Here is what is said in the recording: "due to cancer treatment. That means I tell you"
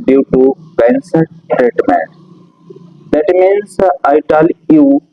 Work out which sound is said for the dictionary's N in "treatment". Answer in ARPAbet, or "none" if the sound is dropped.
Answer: none